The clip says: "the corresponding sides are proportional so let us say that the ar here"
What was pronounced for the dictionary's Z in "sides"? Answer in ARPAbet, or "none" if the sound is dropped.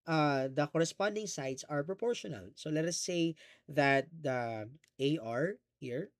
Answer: S